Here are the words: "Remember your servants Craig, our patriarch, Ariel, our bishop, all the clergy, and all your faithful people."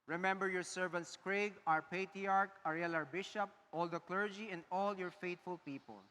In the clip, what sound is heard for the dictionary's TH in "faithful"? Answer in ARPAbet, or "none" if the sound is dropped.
T